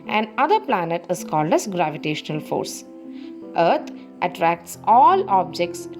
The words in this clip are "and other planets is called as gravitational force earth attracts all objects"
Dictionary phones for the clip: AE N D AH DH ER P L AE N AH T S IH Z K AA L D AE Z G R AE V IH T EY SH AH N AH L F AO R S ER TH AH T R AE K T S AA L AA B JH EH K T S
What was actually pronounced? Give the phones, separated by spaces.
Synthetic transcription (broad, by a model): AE N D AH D ER P L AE N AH T IH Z K AA L D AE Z G R AE V IH T EY SH AH N AH L F AO R S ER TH AH T R AE K T S AA L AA B JH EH K T S